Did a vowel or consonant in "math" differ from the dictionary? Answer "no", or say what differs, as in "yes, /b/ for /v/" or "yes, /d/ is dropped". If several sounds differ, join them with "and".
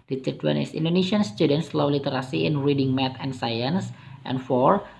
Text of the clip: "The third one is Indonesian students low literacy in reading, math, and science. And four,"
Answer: yes, /t/ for /θ/